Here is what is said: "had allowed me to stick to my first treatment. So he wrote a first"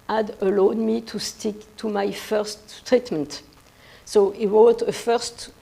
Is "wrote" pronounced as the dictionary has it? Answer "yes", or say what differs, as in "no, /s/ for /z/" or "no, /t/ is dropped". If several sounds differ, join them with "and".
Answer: no, /w/ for /ɹ/